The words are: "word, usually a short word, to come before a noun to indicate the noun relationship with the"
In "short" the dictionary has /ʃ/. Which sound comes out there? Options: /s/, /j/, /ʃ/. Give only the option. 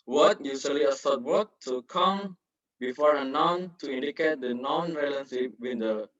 /s/